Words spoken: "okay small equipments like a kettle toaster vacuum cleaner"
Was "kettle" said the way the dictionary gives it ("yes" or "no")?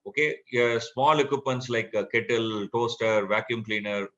yes